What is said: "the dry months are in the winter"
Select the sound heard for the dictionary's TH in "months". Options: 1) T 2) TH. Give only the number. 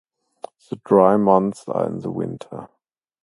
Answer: 2